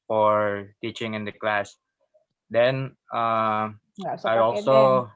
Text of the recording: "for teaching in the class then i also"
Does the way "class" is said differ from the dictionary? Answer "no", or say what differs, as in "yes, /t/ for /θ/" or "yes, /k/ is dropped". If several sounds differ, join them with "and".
no